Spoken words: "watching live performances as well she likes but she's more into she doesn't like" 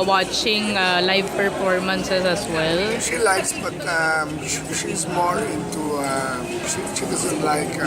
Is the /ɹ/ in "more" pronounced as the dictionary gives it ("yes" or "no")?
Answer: no